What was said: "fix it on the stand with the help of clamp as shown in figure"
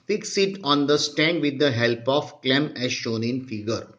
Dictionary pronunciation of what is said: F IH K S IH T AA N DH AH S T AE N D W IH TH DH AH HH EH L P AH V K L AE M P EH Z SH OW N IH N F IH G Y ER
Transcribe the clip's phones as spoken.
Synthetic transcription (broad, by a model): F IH K S IH T AA N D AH S T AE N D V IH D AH HH EH L P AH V K L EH M EH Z SH OW N IH N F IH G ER